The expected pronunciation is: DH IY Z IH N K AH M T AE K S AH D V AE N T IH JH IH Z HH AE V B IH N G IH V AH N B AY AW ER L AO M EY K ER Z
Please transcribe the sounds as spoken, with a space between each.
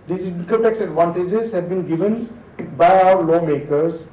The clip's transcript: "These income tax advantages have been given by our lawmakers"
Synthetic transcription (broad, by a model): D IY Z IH K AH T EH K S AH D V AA N T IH JH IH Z HH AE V B IH N G IH V AH N B AY AW ER L AO M EY K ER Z